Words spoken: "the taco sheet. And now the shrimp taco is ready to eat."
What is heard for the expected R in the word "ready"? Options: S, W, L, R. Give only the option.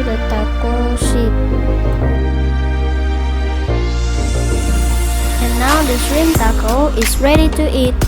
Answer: R